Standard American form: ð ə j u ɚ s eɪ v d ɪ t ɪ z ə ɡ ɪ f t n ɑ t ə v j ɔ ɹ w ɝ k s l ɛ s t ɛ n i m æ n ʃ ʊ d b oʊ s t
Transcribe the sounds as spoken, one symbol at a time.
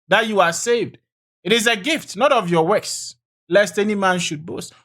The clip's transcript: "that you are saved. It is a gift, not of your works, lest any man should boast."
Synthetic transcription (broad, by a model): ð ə j u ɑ s eɪ v d ɪ t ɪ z ə ɡ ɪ f t n ɑ t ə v j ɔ w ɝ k s l ɛ s t ɛ n i m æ n ʃ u d b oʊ s t